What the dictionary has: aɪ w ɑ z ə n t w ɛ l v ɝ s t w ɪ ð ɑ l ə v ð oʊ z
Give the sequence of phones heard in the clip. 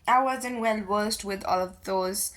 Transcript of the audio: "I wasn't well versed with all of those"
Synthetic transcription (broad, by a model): aɪ w ɑ z ə n t w ɛ l w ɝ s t w ɪ ð ɑ l ə v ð oʊ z